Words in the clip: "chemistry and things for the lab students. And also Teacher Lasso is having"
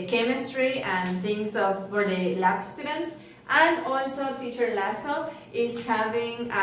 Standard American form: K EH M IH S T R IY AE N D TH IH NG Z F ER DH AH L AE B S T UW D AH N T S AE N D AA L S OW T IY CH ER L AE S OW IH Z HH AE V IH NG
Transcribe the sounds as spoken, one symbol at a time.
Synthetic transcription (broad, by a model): K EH M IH S T R IY AE N D T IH NG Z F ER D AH L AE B S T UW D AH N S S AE N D AA L S OW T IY CH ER L AE S OW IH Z HH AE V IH NG